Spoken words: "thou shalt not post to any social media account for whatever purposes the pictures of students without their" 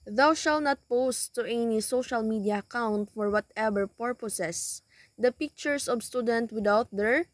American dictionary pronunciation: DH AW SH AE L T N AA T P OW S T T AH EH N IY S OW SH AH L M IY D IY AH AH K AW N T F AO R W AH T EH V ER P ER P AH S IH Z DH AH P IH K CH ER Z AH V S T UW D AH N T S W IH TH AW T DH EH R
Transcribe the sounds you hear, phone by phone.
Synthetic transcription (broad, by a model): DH AW SH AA L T N AA T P OW S T T EH N IY S OW SH AH L M IY D IY AH AH K AW N T F AO R W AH T EH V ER P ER P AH S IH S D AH P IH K CH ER S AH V S T UW D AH N T W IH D AW T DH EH R